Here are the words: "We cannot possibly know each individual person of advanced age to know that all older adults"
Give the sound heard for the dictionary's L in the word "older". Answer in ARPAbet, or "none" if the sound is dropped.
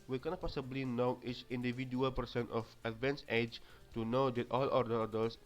none